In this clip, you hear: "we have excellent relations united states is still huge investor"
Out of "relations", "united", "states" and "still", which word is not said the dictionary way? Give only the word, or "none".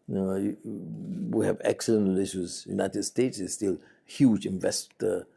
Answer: relations